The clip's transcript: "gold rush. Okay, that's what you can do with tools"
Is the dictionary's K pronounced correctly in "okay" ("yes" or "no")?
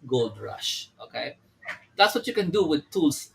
yes